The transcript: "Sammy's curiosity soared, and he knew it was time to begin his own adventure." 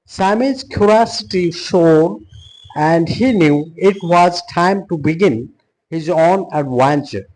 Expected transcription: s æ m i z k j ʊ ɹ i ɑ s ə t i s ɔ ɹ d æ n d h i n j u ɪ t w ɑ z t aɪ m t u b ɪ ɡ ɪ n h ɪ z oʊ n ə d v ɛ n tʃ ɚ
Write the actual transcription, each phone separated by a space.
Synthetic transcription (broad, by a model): s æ m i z k j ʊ ɹ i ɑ s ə t i ʃ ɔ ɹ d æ n d h i n j u ɪ t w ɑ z t aɪ m t u b ɪ ɡ ɪ n h ɪ z oʊ n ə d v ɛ n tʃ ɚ